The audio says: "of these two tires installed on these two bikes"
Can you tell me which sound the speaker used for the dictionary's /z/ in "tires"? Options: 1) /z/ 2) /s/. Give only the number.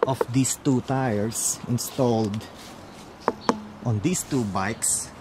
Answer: 2